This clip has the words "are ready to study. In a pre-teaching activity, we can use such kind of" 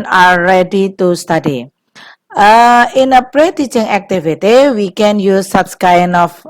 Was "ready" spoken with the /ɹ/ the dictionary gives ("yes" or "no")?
no